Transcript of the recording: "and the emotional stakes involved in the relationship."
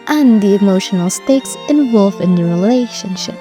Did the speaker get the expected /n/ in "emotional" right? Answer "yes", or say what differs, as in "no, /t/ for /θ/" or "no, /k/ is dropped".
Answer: yes